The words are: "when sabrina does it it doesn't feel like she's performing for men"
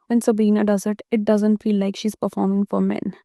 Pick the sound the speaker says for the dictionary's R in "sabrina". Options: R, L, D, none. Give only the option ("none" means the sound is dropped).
none